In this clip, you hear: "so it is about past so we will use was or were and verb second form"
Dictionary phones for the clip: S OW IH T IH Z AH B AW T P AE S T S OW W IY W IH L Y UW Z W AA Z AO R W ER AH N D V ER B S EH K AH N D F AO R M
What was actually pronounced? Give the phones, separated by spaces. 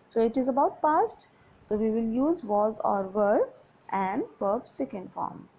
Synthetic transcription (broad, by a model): S OW IH T IH Z AH B AW T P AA S T S OW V IY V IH L Y UW Z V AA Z AO R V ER AH N D P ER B S EH K AH N D F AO R M